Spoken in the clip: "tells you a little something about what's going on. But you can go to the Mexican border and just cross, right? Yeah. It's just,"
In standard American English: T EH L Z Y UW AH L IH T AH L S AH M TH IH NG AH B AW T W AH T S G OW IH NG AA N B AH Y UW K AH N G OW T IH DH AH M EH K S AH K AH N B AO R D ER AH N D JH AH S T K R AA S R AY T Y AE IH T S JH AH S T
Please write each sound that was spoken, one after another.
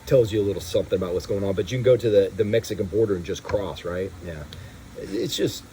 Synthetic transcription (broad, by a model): T EH L Z Y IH AH L IH T L S AH M TH IH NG AH B AW T W AH T S G OW IH NG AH N B AH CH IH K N G OW T IH DH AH M EH K S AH K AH N B AO R D ER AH N JH AH S K R AA S R AY T Y AE IH T S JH AH S T